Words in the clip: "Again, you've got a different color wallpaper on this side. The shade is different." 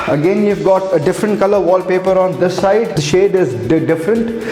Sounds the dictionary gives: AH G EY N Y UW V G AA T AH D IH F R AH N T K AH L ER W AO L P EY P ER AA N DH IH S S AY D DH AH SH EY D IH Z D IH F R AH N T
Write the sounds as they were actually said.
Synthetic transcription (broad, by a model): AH G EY N Y UW V G AA T AH D IH F R AH N T K AH L ER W AO L P EY P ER AA N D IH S S AY D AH SH EY D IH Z D IH F R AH N T